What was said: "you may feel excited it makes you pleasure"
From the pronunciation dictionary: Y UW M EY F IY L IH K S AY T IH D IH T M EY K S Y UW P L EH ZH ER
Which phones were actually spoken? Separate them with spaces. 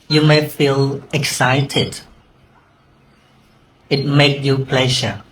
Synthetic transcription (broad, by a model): Y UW M EY F IY L IH K S AY T IH D IH T M EY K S Y UW P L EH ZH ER